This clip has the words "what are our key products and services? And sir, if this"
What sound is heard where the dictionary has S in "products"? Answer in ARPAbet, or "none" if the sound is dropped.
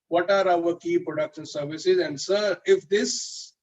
SH